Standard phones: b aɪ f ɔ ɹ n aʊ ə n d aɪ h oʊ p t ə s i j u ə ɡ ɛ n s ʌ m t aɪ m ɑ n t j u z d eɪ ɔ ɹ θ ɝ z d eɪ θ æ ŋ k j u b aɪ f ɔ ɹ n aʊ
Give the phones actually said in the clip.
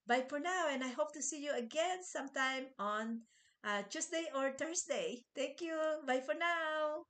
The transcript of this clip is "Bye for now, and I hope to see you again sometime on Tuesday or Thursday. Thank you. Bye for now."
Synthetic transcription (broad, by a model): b aɪ f ɔ ɹ n aʊ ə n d aɪ h oʊ p t ə s i j u ə ɡ ɛ n s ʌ m t aɪ m ɑ n t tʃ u s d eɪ ɔ ɹ t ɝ s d eɪ t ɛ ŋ k j u b aɪ f ɔ ɹ n aʊ